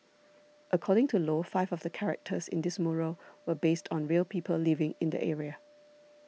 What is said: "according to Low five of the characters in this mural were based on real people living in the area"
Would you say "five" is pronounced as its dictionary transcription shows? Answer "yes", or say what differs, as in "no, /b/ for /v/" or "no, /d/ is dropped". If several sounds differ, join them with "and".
yes